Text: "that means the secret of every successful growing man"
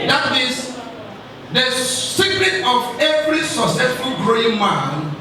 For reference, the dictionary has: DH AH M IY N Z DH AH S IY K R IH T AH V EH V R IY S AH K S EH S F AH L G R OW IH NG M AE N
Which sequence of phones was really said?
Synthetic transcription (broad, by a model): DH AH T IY Z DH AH S IY K R IH T AH V EH V R IY S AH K S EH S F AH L G R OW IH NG M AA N